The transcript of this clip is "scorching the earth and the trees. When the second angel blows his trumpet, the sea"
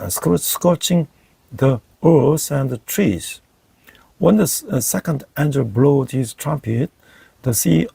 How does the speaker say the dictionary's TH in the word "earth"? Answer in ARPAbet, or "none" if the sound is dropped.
S